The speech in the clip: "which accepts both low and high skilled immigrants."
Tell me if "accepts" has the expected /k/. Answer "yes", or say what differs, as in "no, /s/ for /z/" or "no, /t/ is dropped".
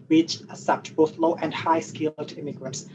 no, /k/ is dropped